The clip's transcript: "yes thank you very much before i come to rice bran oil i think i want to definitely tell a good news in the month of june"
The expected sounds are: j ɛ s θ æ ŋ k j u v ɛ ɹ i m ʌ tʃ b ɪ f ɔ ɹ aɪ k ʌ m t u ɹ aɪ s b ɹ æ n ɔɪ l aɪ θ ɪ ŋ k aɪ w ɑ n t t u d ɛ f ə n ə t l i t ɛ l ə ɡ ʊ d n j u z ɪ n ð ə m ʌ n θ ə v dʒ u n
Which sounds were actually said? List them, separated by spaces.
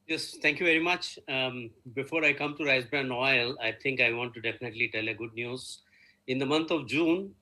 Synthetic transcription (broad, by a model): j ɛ s t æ ŋ k j u v ɛ ɹ i m ʌ tʃ b ɪ f ɔ ɹ aɪ k ʌ m t u ɹ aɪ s b ɹ æ n ɔɪ l aɪ t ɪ ŋ k aɪ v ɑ n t t u d ɛ f ə n ə t l i t ɛ l ə ɡ ʊ d n j u z ɪ n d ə m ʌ n t ə v dʒ u n